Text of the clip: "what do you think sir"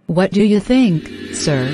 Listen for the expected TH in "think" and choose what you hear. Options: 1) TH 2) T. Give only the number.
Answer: 1